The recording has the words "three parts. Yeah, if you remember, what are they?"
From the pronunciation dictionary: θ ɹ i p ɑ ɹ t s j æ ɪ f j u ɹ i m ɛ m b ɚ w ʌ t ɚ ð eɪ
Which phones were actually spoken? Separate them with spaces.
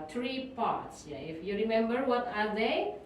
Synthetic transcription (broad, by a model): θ ɹ i p ɑ ɹ t s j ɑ ɪ f j u ɹ i m ɛ m b ɚ w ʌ t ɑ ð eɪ